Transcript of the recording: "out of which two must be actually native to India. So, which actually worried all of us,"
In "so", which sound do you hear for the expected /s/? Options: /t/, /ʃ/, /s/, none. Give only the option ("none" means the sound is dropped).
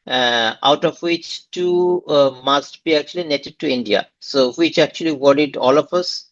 /s/